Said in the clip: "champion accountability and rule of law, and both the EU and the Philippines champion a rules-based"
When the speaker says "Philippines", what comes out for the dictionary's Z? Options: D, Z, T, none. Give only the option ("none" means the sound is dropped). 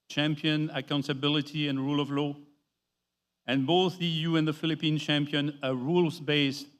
none